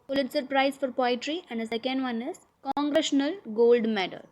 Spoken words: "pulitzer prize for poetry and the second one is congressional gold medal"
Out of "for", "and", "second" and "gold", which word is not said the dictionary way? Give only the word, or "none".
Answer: none